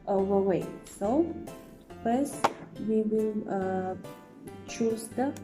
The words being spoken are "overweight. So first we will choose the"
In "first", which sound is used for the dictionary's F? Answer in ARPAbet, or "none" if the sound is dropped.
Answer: P